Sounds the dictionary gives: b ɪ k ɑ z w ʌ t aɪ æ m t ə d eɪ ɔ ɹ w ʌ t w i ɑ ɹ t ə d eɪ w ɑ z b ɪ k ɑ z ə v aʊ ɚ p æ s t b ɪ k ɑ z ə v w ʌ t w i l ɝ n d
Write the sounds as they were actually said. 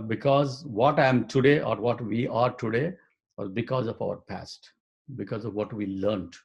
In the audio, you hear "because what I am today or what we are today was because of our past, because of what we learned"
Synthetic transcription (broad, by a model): b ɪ k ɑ z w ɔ t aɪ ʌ m t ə d eɪ ɔ ɹ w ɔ t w i ɑ ɹ t ə d eɪ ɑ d b ɪ k ɑ z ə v aʊ ɚ p æ s t b ɪ k ɑ z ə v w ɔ t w i l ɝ n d